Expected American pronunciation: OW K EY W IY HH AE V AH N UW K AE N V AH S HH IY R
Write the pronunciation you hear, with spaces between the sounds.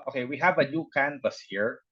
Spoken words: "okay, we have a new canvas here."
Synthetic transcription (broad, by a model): OW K EY W IY HH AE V AH N UW K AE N P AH S HH IY R